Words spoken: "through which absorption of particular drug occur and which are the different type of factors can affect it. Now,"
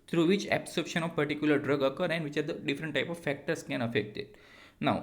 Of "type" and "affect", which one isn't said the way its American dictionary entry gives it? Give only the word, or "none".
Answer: none